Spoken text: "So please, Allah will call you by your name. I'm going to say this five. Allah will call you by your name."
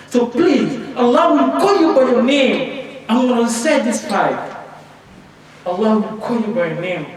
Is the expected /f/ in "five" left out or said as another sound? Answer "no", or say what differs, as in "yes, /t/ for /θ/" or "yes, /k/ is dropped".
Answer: yes, /p/ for /f/